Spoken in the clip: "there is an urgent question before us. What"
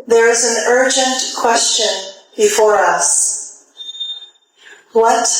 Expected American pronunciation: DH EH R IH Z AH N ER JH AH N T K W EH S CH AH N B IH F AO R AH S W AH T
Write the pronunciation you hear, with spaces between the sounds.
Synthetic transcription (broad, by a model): DH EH R IH Z AH N ER JH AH N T K W EH S CH AH N B IH F AO R AH S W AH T